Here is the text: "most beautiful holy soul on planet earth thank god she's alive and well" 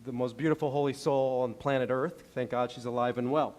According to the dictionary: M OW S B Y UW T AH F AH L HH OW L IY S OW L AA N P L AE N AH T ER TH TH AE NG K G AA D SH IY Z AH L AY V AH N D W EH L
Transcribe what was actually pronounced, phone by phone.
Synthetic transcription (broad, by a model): M OW S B Y UW T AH F L HH OW L IY S OW L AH N P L AE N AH T ER TH TH AE NG K G AA D SH IY Z AH L AY V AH N W EH L